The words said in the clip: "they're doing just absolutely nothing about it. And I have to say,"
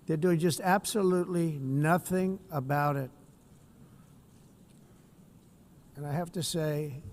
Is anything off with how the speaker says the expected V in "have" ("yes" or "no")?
yes